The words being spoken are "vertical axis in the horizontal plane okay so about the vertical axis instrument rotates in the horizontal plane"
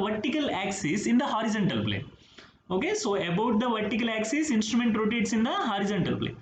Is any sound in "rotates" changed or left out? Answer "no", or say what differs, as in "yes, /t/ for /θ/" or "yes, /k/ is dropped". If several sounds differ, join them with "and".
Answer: no